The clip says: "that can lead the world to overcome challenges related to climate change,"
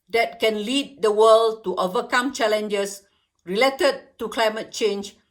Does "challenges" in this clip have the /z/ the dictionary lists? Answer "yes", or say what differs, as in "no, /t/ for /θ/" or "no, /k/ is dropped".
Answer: no, /s/ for /z/